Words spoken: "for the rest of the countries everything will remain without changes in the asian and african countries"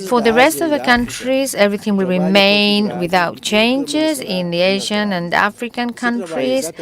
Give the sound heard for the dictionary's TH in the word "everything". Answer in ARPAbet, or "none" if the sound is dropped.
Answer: TH